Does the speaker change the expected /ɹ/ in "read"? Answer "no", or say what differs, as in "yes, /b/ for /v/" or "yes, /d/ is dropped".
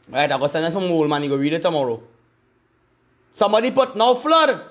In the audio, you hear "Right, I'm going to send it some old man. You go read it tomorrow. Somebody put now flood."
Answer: yes, /w/ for /ɹ/